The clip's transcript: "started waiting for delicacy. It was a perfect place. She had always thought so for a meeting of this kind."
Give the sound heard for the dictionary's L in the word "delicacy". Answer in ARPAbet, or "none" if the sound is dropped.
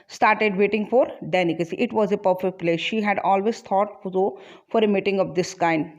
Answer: N